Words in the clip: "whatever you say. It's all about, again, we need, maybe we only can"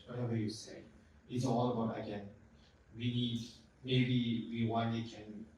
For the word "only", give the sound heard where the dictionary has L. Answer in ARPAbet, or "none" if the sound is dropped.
none